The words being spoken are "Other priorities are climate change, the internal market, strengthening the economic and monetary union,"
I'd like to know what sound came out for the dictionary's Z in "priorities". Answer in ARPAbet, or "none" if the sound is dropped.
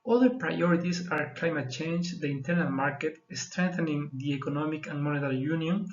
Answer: S